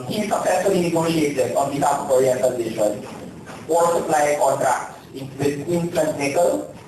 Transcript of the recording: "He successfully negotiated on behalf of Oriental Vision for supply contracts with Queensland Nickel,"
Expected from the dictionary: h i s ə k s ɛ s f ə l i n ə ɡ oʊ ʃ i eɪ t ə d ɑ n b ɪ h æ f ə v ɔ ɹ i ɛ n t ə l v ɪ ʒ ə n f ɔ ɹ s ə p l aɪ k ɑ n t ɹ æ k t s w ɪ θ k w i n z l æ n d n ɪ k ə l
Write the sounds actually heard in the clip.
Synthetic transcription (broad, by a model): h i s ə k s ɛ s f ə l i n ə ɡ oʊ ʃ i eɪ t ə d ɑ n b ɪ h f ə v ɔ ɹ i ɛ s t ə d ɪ ʃ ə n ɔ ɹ s ə p l aɪ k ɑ n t ɹ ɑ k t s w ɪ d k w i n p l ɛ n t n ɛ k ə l